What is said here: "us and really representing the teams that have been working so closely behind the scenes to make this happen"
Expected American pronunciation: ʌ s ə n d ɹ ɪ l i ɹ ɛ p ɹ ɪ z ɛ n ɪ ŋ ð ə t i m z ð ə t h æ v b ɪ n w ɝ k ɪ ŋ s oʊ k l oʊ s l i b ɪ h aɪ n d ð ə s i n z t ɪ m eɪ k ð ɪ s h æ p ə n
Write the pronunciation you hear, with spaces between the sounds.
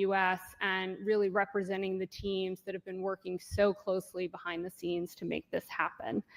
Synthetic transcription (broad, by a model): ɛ s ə n ɹ ɪ l i ɹ ɛ p ɹ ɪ z ɛ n ɪ ŋ ð ə t i m z ð ə t h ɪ v b ɪ n w ɝ k ɪ ŋ s oʊ k l oʊ s l i b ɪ h aɪ n ð ə s i n z t ɪ m eɪ k ð ɪ s h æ p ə n